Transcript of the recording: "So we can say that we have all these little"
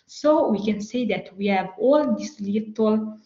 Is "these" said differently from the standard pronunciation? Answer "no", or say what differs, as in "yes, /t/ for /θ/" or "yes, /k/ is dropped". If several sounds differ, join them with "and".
yes, /s/ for /z/